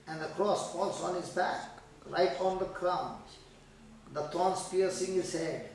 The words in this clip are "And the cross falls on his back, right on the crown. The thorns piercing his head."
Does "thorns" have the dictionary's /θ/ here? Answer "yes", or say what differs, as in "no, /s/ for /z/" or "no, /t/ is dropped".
no, /t/ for /θ/